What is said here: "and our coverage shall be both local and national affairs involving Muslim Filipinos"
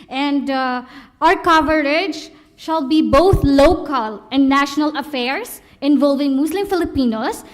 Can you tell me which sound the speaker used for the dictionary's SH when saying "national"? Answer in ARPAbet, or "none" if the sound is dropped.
SH